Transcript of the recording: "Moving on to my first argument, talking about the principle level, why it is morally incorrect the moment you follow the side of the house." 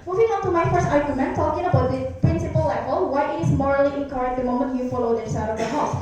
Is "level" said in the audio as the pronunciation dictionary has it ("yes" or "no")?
no